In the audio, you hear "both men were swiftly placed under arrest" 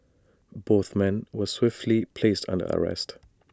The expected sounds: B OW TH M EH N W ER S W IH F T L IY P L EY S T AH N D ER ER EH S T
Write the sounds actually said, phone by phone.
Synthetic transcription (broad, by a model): B OW TH M EH N W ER S W IH F T L IY P L EY S T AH N D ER ER EH S T